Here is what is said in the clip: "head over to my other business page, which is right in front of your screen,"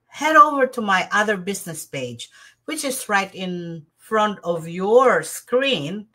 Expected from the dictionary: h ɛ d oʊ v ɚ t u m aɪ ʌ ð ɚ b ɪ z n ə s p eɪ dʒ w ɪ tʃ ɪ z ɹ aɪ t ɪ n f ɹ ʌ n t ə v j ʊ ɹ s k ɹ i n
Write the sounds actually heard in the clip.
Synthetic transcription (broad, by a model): h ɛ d oʊ v ɚ t u m aɪ ʌ ð ɚ b ɪ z n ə s p eɪ dʒ w ɪ tʃ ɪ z ɹ aɪ t ɪ n f ɹ ʌ n t ə v j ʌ ɹ s k ɹ i n